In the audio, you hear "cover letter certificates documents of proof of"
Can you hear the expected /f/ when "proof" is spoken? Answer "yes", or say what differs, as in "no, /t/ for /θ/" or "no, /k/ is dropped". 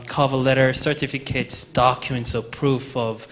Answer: yes